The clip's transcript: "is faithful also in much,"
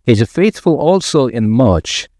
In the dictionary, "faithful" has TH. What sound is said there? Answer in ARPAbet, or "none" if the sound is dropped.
TH